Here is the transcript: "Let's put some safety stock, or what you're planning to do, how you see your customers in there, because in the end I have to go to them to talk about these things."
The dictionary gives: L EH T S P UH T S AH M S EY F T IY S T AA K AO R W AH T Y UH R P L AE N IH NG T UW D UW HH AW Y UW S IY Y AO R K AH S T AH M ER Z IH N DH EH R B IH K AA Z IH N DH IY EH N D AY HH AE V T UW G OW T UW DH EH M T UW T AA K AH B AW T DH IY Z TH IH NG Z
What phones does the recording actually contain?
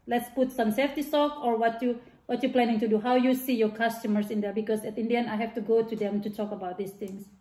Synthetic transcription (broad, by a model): L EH T S P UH T S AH M S EY F T IY S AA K AO R W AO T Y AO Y P L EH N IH NG T UW D UW HH AW Y UW S IY Y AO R K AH S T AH M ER S IH N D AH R B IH K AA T IH N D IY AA N AY HH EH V T UW G OW T UW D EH M T UW T AA K AH B AW T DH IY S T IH NG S